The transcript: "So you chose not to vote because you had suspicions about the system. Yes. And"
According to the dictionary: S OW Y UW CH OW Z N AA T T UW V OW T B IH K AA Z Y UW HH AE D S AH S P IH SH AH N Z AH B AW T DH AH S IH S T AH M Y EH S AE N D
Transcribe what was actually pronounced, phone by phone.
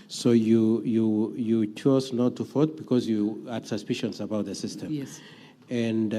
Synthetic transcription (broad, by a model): S OW Y UW CH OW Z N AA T T UW F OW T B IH K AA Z Y UW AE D S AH S P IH SH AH N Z AH B AW T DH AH S IH S T AH M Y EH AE N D